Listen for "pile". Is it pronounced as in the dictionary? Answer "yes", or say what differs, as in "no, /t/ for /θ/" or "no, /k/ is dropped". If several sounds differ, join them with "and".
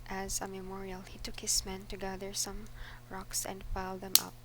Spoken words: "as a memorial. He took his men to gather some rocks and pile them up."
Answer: no, /f/ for /p/